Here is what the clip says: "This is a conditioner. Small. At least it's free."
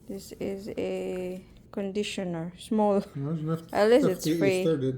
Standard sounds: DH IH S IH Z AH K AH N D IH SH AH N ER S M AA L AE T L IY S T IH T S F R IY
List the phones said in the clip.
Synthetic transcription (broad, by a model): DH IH S IH Z AH K AH N D IH SH AH N ER S M AA L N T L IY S IH T S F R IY